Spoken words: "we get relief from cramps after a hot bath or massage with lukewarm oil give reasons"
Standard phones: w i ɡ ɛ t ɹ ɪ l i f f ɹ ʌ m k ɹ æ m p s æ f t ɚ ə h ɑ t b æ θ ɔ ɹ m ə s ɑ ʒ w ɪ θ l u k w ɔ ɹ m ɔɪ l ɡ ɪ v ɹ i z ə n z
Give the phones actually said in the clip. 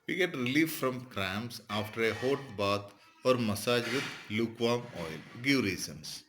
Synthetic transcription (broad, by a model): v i ɡ ɛ t ɹ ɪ l i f f ɹ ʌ m k ɹ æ m s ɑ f t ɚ ə h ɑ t b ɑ t ɔ ɹ m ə s ɑ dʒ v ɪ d l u k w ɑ m ɔɪ l ɡ ɪ v ɹ i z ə n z